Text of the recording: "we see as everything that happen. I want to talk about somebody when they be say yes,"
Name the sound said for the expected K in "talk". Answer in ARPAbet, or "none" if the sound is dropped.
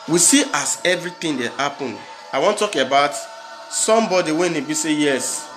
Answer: none